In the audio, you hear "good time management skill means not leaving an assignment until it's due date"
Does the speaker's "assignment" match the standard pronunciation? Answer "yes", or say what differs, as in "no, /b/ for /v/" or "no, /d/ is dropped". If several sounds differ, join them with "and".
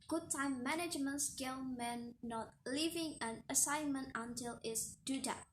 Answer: yes